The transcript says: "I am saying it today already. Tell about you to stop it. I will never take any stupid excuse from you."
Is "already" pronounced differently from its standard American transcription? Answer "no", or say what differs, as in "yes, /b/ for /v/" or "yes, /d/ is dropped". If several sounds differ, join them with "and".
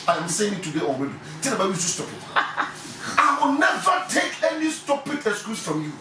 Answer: yes, /w/ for /ɹ/